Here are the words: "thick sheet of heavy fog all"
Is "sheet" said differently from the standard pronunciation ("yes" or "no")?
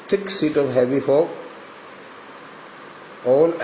yes